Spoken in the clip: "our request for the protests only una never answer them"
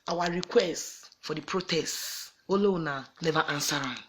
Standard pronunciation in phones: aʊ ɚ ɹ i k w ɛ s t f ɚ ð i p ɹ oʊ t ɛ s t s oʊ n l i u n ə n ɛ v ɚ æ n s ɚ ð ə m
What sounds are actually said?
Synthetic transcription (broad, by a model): aʊ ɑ ɹ i k w ɛ s t f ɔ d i p ɹ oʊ t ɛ s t oʊ l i n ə n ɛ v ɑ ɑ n s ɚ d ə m